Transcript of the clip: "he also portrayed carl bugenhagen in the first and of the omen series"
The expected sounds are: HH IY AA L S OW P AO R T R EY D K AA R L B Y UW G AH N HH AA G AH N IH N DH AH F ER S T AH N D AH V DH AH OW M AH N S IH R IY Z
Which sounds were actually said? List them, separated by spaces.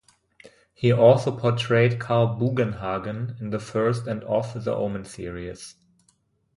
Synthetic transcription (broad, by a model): HH IY AA L S OW P AO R T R EY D K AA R L B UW G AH N HH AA G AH N IH N DH AH F ER S T AH N D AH F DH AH OW M AH N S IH R IY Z